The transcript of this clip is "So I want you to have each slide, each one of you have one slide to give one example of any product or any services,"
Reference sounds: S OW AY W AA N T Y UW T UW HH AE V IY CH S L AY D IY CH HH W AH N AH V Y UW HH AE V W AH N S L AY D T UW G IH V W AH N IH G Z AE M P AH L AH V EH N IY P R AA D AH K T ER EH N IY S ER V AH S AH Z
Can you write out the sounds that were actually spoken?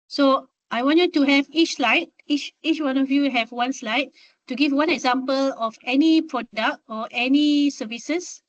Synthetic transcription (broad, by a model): S OW AY W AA N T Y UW T UW HH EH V IY CH S L AY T IY CH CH W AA N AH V Y UW HH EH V W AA N S L AY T T UW G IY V W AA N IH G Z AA M P AH L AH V EH N IY P R AA D AH K T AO EH N IY S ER V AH S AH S